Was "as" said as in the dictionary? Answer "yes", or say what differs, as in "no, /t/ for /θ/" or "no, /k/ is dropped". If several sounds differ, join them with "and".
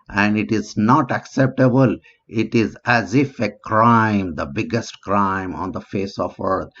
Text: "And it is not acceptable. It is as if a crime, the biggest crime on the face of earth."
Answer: yes